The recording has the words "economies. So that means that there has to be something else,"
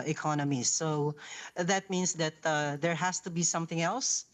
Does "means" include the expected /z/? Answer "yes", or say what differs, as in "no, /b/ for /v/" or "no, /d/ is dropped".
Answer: no, /s/ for /z/